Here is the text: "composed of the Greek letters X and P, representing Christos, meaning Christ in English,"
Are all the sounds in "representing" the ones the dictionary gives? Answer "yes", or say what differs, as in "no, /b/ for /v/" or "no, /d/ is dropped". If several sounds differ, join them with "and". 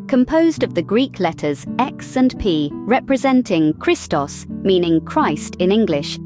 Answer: yes